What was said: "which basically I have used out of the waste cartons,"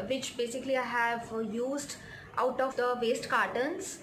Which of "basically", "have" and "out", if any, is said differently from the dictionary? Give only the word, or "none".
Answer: none